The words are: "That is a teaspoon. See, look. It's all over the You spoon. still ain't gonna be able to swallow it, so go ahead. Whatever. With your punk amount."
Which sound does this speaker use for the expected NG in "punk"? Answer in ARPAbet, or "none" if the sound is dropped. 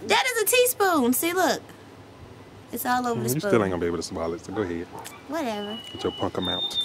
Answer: NG